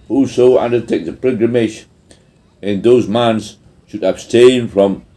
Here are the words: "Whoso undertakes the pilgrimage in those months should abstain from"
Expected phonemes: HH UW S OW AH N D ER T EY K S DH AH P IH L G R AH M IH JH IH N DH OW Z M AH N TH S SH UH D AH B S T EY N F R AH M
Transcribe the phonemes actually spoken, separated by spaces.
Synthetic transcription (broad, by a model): HH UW S OW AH N D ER T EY K DH AH P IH G R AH M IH SH IH N DH OW Z M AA N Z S SH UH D AH B S T EY N F R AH M